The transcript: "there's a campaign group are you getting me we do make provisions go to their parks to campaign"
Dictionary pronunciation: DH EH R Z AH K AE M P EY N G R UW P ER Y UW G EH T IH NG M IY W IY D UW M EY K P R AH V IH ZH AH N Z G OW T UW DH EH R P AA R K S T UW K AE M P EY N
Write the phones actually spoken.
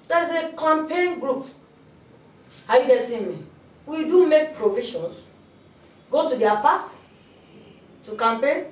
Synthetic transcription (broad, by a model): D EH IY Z AH K AE M P EY N G R UW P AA Y UW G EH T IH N M IY W IY D UW M EY K P R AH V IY SH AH N S G OW T UW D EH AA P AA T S T UW K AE M P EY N